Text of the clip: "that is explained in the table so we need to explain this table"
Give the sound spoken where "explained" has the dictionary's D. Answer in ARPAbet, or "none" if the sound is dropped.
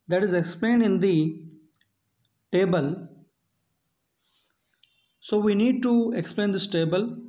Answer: D